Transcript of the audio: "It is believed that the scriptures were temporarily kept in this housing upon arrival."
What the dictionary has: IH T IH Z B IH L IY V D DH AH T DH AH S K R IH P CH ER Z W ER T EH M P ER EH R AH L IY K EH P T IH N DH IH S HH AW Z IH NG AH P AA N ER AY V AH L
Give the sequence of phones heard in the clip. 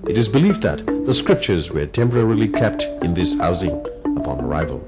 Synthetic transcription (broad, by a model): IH T IH Z B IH L IY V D DH AH T DH AH S K R IH P CH ER Z W ER T EH M P ER EH R AH L IY K EH P T IH N DH IH S HH AW Z IH NG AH P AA N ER AY V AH L